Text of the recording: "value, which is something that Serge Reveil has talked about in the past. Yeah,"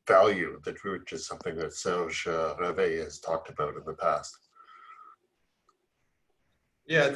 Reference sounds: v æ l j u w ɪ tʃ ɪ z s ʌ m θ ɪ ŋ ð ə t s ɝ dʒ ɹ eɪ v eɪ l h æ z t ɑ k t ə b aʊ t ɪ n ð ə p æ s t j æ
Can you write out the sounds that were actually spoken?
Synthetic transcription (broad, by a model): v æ l j u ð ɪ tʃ ɪ z s ʌ m θ ɪ ŋ ð ə t s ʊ ʒ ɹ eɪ v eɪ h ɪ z t ɑ k t ə b aʊ t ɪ n ð ə p æ s t j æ